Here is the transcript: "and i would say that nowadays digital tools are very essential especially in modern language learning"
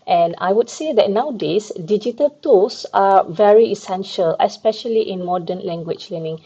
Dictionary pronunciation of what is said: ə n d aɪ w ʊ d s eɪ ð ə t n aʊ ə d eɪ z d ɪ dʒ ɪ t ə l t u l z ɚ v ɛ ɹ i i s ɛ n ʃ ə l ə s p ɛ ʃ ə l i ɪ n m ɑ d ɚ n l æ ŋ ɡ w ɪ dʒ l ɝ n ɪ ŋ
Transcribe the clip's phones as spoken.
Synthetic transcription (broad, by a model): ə n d aɪ w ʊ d s eɪ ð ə t n aʊ d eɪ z d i dʒ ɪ t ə l t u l s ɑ v ɛ ɹ i i s ɛ n ʃ ə l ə s p ɛ ʃ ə l i ɪ n m ɑ d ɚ n l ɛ ŋ ɡ w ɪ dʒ l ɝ n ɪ ŋ